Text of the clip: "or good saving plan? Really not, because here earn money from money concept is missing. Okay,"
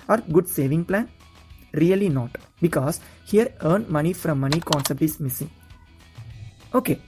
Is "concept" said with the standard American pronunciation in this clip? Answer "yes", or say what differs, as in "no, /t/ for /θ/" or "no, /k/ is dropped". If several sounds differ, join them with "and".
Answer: yes